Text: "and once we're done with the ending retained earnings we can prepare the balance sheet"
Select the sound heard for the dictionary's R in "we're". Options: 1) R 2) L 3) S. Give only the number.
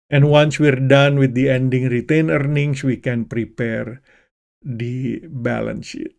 1